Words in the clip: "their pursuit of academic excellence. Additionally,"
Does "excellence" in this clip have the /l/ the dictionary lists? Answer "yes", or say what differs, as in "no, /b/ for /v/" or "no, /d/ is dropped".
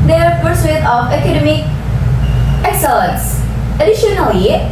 no, /l/ is dropped